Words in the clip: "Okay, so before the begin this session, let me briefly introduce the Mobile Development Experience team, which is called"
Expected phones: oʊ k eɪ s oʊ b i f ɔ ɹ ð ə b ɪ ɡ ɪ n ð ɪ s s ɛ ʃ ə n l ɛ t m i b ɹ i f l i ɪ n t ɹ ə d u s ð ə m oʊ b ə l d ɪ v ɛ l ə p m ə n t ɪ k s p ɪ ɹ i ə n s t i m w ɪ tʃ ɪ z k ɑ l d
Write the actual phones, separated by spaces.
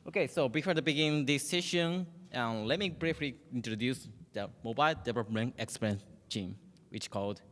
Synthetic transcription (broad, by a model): oʊ k eɪ s oʊ b i f ɔ ɹ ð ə b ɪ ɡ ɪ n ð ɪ s ʃ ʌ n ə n l ɛ t m i b ɹ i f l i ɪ n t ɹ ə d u s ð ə m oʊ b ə l d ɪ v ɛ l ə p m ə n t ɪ k s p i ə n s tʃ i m w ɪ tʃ k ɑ l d